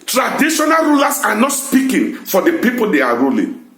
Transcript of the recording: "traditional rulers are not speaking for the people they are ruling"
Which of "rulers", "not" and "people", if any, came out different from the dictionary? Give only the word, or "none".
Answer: rulers